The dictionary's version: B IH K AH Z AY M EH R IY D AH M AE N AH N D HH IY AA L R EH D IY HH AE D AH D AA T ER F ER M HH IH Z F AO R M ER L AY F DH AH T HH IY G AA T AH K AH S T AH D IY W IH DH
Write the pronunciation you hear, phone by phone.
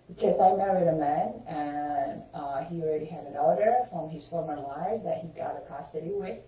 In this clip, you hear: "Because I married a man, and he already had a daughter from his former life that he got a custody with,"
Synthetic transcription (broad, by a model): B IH K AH Z AY M EH R IY D AH M AE N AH N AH AA L R EH D IY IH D AH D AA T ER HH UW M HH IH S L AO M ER L AY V DH AH T HH IY G AA T AH K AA S T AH D IY W IH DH